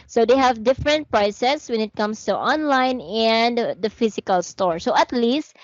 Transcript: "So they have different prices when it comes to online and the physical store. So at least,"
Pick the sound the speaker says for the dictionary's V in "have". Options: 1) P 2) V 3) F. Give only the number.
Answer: 2